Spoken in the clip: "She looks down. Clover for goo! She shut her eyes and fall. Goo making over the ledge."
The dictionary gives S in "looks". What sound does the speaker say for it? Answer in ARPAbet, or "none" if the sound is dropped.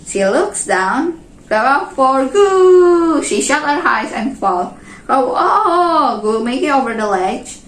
S